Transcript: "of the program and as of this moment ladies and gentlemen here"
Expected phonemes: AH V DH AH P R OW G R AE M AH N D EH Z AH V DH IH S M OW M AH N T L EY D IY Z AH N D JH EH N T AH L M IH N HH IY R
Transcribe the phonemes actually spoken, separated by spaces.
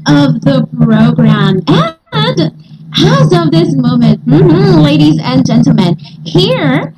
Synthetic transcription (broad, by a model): AH V DH AH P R OW G R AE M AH N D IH Z AH V DH IH S M OW M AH N T L EY D IY Z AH N JH EH N T L M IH N HH IY R